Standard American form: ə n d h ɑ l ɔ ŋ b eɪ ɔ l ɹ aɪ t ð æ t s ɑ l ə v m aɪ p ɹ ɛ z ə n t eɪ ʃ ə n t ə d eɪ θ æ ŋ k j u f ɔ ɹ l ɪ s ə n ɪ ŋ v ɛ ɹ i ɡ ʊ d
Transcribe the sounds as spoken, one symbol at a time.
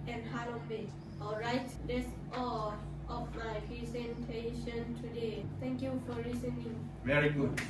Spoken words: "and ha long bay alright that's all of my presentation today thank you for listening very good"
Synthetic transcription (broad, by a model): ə n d h ɑ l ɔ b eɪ ɔ l ɹ aɪ t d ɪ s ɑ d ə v m aɪ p ɹ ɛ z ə n t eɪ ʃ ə n t ə d eɪ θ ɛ ŋ k j u f ɔ ɹ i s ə n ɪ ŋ v ɛ ɹ i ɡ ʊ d